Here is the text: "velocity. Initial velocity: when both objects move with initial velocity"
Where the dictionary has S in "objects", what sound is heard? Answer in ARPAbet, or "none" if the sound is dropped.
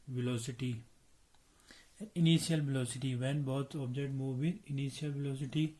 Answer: none